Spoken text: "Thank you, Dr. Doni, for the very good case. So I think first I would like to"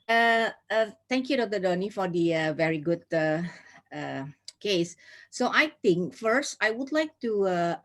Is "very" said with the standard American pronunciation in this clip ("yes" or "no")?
yes